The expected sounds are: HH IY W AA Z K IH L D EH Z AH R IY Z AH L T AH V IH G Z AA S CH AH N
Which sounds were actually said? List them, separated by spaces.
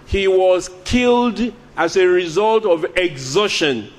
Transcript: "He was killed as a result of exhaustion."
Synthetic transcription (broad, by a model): HH IY W AA Z K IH L D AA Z AH R IY Z AH L T AH V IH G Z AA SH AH N